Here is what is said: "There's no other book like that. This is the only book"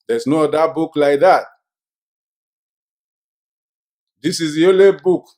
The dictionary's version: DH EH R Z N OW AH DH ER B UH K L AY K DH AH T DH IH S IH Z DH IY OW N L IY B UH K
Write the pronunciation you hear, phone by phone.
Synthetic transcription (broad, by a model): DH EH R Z N OW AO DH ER B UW K L AY K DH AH T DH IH S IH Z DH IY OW L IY B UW K